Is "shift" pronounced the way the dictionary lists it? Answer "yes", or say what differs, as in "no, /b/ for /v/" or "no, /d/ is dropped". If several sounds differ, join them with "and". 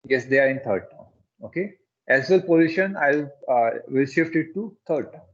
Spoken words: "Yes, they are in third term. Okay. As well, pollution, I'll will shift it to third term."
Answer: yes